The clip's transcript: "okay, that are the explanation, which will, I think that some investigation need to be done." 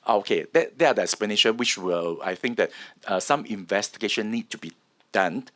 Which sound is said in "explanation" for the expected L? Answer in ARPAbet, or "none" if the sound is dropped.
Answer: none